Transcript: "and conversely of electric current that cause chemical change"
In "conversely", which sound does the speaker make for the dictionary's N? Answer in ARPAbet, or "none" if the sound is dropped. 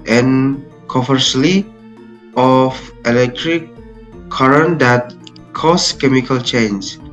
none